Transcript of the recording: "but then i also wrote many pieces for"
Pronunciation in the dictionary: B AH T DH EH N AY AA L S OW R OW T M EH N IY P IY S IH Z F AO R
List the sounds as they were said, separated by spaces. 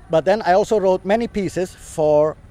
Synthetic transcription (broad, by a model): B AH T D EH N AY AA L S OW R OW T M EH N IY P IY S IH S F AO R